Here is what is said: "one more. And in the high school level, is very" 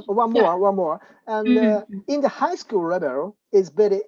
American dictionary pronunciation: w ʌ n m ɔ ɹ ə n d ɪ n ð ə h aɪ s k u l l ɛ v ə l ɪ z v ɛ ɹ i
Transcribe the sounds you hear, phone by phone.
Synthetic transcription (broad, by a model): w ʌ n m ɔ ɹ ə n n ɪ n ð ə h aɪ s k u l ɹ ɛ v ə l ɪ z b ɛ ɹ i